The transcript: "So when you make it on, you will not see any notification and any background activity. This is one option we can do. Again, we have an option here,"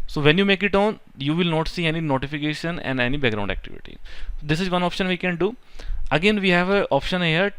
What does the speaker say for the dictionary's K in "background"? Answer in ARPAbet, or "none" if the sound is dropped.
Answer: none